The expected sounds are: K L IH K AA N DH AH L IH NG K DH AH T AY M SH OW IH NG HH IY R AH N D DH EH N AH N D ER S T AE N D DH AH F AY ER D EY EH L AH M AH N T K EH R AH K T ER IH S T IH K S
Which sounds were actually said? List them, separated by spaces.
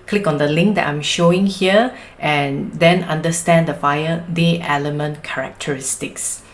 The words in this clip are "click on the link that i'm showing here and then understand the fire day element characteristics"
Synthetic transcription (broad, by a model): K L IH K AA N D AH L IH NG K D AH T AY M SH OW IH NG HH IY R AH N D EH N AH N D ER S T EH N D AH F AY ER D EY EH L AH M AH N T K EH R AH K T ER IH S T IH K S